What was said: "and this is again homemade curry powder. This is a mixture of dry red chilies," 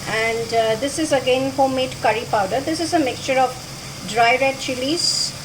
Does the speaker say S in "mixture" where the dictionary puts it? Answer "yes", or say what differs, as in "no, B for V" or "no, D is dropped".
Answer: yes